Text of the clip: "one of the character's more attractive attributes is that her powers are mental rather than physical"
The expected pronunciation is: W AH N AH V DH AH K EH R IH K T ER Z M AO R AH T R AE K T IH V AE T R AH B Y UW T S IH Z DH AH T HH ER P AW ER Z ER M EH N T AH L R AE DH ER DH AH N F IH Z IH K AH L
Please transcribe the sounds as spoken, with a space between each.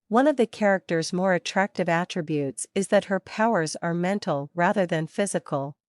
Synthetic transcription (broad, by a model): W AH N AH V DH AH K EH R IH K T ER Z M AO R AH T R AE K T IH V AE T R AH B Y UW T S IH Z DH AH T HH ER P AW ER Z ER M EH N T L R AE DH ER DH AH N F IH Z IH K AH L